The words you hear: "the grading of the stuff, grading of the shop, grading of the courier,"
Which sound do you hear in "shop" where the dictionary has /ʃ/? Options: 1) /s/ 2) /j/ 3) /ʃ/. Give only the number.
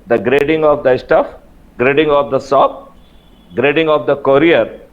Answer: 1